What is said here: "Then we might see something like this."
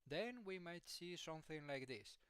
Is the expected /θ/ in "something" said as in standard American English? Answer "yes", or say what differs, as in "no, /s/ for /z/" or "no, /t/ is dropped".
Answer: yes